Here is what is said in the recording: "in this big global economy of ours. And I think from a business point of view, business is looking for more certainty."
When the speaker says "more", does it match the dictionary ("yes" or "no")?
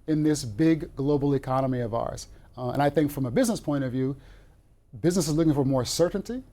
yes